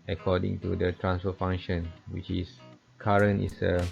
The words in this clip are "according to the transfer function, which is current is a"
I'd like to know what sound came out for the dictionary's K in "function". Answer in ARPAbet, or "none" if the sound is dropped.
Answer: none